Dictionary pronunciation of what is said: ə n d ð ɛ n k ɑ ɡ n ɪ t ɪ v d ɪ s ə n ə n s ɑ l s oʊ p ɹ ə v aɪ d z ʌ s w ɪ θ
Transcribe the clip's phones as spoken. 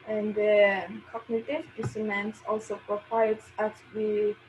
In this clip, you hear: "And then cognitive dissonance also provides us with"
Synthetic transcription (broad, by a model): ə n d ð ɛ k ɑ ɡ n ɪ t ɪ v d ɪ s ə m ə n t ɑ l s oʊ p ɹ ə w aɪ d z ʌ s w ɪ